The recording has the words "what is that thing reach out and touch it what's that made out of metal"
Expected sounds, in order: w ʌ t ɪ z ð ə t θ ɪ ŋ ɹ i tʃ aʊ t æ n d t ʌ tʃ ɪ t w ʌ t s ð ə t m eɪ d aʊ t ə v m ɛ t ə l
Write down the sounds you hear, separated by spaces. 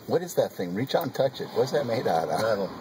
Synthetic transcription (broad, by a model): w ʌ t ɪ z ð ə t θ ɪ ŋ ɹ i tʃ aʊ n t ʌ tʃ ɪ t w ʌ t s ð ə t m eɪ ɪ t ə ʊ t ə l